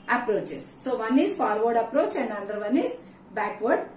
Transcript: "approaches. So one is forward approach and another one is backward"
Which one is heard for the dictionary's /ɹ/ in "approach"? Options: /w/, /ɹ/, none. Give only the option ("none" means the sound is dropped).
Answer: /ɹ/